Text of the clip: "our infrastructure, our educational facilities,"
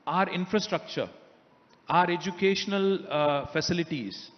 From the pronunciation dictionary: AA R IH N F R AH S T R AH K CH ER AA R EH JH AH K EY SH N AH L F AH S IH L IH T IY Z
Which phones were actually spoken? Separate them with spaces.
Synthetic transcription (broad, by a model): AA R IH N F R AH S T R AH K CH ER AA R EH JH AH K EY SH N AH L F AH S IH L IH T IY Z